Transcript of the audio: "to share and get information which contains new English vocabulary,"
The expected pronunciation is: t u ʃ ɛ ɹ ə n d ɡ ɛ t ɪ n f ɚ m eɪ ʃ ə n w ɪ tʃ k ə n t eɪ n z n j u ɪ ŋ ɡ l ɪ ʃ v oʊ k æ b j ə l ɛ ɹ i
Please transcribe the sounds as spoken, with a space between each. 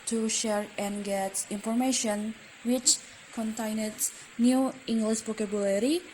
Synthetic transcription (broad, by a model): t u ʃ ɛ ɹ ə n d ɡ ɛ t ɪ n f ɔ m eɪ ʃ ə n w ɪ tʃ k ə n t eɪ n s n j u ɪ ŋ ɡ l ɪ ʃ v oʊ k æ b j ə l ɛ ɹ i